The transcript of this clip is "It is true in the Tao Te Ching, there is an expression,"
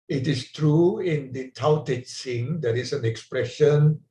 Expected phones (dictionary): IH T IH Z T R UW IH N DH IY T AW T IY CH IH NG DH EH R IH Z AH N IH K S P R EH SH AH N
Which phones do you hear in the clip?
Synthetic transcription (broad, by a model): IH T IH S T R UW IH N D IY T AW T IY S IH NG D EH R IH S AH N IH K S P R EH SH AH N